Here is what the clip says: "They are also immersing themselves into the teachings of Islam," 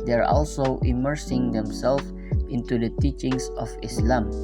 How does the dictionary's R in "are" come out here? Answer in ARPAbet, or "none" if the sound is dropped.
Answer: R